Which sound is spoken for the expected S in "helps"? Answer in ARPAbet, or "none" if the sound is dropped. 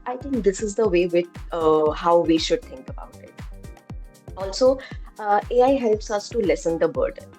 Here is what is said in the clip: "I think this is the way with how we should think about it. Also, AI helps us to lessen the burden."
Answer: S